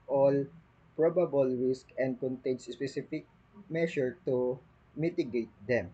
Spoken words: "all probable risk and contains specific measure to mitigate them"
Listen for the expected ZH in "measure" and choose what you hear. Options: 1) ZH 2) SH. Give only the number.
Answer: 2